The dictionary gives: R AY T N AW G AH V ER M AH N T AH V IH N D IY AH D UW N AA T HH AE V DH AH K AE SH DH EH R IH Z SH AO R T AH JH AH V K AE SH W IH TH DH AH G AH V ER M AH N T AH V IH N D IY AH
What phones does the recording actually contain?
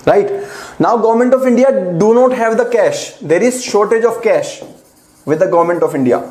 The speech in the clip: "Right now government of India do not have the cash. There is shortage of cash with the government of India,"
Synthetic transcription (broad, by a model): R AY T N AW G AH V ER M AH N T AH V IH N D IY AH D UW N AA T HH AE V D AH K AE SH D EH R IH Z SH AO R T AH JH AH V K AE SH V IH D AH G AH V ER M AH N T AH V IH N D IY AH